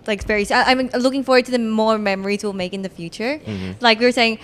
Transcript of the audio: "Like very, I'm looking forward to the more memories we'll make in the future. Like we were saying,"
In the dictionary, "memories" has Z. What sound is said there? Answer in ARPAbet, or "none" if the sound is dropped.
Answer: Z